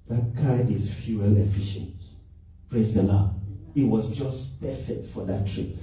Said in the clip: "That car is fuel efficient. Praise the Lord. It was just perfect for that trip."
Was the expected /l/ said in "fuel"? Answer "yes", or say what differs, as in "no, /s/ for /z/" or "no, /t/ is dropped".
yes